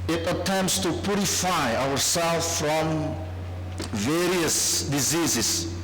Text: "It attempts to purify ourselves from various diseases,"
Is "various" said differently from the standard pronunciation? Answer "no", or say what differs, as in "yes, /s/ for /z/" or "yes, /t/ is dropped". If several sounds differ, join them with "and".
no